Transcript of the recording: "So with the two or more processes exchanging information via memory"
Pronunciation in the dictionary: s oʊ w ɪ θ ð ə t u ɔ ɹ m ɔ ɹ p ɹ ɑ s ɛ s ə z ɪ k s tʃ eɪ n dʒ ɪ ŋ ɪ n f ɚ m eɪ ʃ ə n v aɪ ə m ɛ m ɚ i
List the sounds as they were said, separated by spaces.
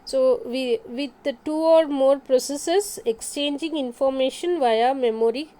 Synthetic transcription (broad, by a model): s oʊ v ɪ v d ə t u ɔ ɹ m ɔ ɹ p ɹ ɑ s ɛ s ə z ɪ k s tʃ eɪ n dʒ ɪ ŋ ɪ n f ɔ m eɪ ʃ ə n v aɪ ə m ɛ m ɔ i